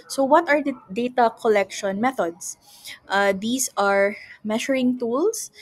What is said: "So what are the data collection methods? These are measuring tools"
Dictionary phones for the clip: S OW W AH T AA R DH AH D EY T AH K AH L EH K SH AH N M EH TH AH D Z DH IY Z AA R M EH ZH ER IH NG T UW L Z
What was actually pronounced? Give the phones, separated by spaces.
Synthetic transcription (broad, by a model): S OW W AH T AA R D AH D EY T AH K AH L EH K SH AH N M EH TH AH D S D IY S AA R M EH SH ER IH NG T UW L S